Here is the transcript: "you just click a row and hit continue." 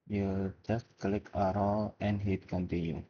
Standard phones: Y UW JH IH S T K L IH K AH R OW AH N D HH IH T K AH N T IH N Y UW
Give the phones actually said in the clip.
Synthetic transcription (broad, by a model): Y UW JH IH S T K L IH K AH R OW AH N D HH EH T K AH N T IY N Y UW